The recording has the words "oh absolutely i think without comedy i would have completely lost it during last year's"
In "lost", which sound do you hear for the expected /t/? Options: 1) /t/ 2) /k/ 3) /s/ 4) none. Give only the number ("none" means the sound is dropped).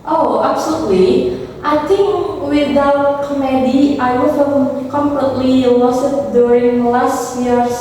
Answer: 4